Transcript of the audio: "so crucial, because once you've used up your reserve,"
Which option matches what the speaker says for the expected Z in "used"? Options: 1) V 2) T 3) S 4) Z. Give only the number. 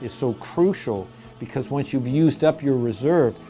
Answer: 4